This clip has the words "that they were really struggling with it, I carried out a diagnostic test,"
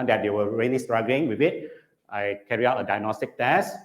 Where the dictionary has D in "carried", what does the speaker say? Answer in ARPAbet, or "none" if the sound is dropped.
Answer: none